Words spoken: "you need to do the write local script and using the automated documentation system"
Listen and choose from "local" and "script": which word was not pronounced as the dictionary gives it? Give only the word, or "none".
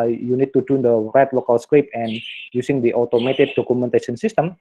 script